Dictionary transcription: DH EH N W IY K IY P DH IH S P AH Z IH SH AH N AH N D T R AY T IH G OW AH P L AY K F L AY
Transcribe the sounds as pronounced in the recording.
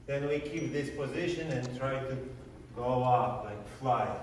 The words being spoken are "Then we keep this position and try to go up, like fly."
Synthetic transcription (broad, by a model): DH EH N W IY K IY P DH IH S P AH Z IH SH AH N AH N T R AY T IH G OW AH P L AY K F L AY